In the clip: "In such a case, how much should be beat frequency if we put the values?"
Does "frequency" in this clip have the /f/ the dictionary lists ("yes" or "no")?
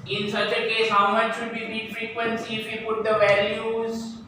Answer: yes